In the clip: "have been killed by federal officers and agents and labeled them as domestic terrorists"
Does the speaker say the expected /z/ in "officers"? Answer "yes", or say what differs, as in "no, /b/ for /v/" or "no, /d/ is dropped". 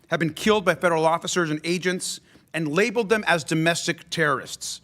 yes